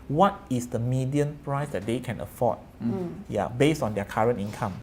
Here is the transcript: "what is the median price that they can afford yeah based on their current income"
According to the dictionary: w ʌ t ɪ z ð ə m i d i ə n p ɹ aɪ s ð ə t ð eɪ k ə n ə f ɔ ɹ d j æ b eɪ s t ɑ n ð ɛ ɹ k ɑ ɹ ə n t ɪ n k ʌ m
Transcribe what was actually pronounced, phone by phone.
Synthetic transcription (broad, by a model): w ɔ t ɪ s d ə m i d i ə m p ɹ aɪ s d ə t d eɪ k ə n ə f ɔ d j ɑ b eɪ s t ɑ n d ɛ k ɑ ɹ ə n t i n k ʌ m